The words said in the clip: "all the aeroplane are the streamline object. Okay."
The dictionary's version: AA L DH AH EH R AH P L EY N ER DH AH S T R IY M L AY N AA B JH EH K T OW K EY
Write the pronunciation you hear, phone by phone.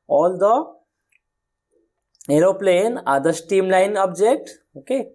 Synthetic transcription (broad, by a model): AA L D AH EH R AH P L EY N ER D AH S T IY M L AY N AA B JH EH K T OW K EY